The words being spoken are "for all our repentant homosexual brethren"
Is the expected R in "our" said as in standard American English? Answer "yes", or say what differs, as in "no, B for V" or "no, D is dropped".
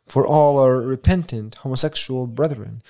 yes